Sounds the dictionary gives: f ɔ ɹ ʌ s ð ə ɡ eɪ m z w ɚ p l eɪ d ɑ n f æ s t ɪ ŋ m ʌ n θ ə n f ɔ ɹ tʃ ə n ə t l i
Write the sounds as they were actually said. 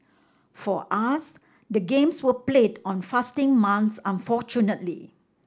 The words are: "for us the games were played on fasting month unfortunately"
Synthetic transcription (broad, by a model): f ɔ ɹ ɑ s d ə ɡ eɪ m s w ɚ p l eɪ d ɑ n f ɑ s t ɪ ŋ m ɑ n s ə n f ɔ tʃ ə n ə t l i